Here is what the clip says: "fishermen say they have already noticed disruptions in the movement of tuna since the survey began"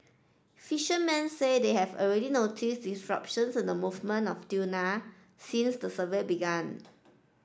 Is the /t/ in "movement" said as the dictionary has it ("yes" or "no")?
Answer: no